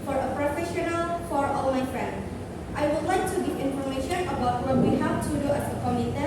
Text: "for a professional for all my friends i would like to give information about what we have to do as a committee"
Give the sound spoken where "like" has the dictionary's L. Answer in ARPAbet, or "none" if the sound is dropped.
L